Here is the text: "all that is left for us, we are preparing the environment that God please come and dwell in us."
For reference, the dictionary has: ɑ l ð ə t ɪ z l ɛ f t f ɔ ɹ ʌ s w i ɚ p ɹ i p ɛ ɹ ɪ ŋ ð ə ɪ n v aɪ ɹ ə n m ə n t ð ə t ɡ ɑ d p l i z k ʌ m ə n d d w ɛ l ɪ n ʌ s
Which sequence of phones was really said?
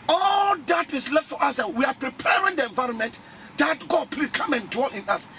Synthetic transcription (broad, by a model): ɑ l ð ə t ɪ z l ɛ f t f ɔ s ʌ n w i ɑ p ɹ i p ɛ ɹ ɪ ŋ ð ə ɪ n v aɪ ɹ ə n m ə n t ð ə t ɡ ɑ d p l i k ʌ m ə n d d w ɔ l ɪ n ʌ s